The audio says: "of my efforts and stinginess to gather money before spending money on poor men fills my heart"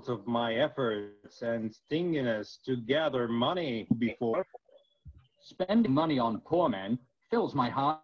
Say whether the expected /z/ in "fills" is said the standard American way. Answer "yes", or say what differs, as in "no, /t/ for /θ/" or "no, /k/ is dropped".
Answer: yes